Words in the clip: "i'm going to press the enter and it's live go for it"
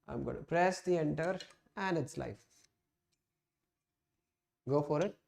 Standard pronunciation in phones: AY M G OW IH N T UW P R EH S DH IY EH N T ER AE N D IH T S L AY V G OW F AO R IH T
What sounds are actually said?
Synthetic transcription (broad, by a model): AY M G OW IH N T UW P R EH S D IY EH N T ER AE N D IH T S L AY F G OW F AO R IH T